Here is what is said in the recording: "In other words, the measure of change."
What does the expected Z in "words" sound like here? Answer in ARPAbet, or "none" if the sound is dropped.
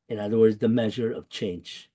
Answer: Z